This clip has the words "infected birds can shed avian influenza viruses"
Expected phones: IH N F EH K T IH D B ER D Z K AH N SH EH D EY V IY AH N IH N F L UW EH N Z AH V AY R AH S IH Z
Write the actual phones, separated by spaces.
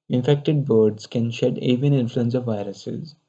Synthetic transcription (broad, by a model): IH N F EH K T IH D B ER D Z K AH N SH EH D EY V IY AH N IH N F L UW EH N S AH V AY R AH S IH Z